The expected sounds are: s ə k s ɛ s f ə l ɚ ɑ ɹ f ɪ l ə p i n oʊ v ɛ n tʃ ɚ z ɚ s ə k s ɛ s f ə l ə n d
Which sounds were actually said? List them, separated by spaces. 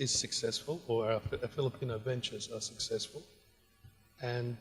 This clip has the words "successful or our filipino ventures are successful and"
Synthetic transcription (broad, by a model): s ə k s ɛ s f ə l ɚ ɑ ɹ f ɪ l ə p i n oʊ v ɛ n tʃ ɚ z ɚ s ə k s ɛ s f ə l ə n